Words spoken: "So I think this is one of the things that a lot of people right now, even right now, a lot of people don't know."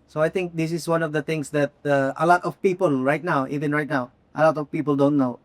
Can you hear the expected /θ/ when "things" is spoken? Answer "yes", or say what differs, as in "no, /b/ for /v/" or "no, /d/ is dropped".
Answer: no, /t/ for /θ/